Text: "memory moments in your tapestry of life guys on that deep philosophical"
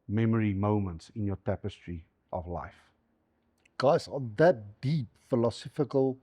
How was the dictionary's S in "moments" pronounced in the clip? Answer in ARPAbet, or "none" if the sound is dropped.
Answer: S